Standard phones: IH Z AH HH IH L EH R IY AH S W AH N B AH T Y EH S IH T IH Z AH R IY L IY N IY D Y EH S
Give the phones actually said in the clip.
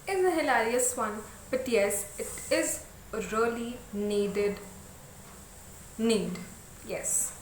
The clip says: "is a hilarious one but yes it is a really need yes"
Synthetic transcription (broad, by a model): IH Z AH HH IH L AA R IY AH S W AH N B AH T Y EH S IH T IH Z AH L IY N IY N IY D Y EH S